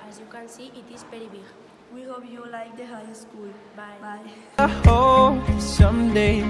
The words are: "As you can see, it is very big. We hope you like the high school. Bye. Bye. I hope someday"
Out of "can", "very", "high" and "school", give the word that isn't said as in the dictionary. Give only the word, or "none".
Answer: very